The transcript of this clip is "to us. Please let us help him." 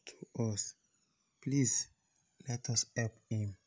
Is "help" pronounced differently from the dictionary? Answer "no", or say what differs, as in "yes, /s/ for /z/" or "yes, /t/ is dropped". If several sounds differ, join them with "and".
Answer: yes, /l/ is dropped